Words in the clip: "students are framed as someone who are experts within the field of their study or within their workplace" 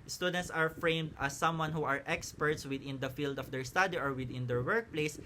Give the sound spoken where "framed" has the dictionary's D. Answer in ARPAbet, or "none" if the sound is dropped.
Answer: D